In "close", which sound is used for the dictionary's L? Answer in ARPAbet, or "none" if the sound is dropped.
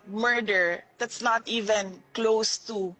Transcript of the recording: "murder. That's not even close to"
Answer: L